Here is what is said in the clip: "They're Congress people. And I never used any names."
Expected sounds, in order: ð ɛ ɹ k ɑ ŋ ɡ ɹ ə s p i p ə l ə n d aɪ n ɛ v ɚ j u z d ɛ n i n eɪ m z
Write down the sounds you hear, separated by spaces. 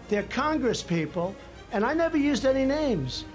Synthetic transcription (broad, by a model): ð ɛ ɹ k ɑ ŋ ɡ ɹ ə s p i p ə l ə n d aɪ n ɛ v ɚ j u z d ɛ n i n eɪ m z